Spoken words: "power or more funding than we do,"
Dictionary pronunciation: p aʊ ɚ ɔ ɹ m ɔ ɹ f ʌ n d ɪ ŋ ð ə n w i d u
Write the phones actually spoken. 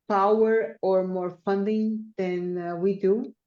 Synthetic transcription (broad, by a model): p aʊ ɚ ɔ ɹ m ɔ ɹ f ʌ n d ɪ ŋ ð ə n w i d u